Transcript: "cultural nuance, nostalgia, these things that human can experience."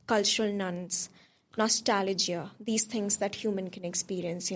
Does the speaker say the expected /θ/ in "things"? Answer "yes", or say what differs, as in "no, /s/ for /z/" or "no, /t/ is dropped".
no, /t/ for /θ/